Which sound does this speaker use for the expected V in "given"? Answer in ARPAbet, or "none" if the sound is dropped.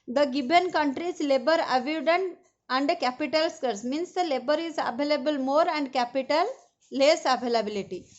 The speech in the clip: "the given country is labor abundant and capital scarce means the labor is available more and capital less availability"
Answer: B